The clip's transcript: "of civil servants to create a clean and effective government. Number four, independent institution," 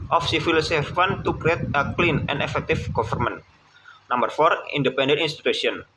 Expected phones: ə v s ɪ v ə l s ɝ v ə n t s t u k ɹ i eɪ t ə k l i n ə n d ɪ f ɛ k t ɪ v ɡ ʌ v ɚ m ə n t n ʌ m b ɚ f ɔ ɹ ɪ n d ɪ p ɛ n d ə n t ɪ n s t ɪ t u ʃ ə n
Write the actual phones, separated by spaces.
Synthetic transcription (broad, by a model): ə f s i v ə l s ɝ f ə n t t u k ɹ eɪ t ə k l i n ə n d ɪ f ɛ k t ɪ f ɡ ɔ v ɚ m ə n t n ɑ m b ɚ f ɔ ɹ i n d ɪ p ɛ n d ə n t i n s t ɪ t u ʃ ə n